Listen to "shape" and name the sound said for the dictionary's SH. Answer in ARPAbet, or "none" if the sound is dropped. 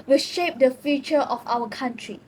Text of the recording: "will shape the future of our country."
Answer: SH